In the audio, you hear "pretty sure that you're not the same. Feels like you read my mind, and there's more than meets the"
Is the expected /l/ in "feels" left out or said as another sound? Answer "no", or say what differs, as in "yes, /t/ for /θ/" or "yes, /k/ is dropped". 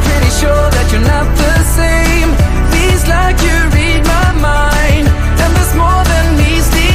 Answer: yes, /l/ is dropped